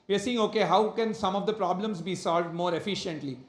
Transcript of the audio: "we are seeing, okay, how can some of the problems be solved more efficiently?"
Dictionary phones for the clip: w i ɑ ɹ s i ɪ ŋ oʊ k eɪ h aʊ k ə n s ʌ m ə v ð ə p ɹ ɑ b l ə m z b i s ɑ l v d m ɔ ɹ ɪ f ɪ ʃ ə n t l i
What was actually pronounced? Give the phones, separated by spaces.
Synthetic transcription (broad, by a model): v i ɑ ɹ s i ɪ ŋ oʊ k eɪ h aʊ k ə n s ʌ m ə v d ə p ɹ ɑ b l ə m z b i s ɑ l v d m ɔ ɹ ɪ f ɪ ʃ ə n t l i